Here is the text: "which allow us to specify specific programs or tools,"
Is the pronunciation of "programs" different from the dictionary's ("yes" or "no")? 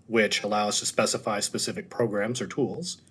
no